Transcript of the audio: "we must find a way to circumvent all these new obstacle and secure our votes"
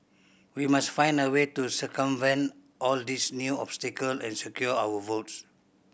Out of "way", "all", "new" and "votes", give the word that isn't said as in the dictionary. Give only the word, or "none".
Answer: none